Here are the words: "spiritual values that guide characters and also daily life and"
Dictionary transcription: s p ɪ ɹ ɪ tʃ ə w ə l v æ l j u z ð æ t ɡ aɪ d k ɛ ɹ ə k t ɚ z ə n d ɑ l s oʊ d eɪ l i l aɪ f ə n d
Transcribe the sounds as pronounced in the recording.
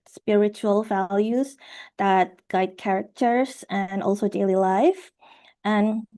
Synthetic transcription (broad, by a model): s p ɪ ɹ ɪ tʃ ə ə l v æ l j u z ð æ t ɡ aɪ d k ɛ ɹ ə k t ɚ z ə n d ɑ l s oʊ d eɪ l i l aɪ f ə n